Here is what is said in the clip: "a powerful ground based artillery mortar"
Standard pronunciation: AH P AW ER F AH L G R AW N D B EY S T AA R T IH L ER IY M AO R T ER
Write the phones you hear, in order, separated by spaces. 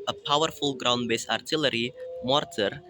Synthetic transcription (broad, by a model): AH P AW ER F AH L G R AW N D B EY S AA R T IH L ER IY M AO R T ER